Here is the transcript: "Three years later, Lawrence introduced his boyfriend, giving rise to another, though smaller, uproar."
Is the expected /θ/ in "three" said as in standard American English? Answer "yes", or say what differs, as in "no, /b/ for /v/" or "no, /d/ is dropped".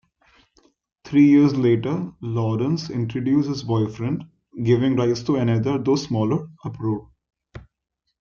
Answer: no, /t/ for /θ/